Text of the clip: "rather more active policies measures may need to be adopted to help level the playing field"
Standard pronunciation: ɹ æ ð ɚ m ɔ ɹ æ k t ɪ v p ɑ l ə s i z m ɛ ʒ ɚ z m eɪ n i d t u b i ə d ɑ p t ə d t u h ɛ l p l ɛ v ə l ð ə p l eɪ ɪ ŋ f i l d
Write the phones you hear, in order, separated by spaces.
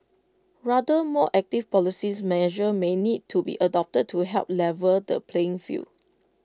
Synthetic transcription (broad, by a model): ɹ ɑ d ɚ m ɔ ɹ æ k t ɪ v p ɑ l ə s i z m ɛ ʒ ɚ m eɪ n i d t u b i ə d ɑ p t ə d t u h ɛ l p l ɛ v ə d ə p l eɪ ɪ ŋ f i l